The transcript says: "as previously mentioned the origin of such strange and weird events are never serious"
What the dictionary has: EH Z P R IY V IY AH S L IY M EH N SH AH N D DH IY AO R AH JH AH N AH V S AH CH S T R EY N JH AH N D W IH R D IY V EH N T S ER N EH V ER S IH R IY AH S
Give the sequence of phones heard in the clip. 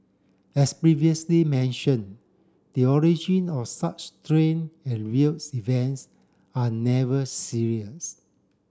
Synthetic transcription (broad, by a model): EH S P R IY V IY AH S L IY M EH N SH AH N D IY AO R AH JH AH N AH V S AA CH T R EY N AH N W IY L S IY V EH N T S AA N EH V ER S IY R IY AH S